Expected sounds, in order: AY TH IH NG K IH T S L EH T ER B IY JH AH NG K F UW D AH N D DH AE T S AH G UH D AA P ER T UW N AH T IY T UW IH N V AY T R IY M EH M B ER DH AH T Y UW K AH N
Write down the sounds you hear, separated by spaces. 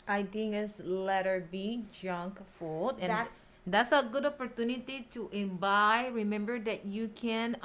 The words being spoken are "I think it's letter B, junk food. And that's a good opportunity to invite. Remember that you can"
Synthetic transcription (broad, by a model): AY T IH NG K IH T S L EH T ER B IY JH AH NG K F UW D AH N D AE T S AH G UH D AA P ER T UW N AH T IY T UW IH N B AY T R IY M EH M B ER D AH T Y UW K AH N